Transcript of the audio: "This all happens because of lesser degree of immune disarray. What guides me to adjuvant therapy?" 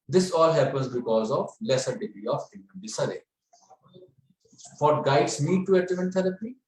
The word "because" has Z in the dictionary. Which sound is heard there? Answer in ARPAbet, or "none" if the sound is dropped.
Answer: Z